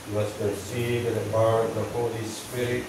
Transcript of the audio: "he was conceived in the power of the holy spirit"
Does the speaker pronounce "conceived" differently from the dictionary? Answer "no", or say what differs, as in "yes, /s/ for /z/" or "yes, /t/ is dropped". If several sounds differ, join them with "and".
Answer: yes, /n/ is dropped and /v/ is dropped